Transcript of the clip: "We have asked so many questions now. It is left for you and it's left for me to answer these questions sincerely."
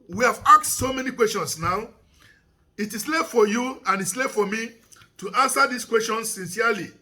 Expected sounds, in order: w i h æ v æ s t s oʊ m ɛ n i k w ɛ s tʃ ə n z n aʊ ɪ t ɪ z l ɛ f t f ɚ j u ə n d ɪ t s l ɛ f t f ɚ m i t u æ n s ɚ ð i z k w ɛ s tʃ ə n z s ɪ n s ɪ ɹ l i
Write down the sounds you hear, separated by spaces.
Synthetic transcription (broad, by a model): w i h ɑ v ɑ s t s oʊ m ɛ n i k w ɛ s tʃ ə n s n aʊ ɪ t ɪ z l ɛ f f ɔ j u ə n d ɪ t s l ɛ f f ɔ m i t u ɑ n s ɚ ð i s k w ɛ s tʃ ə n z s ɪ n s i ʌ l i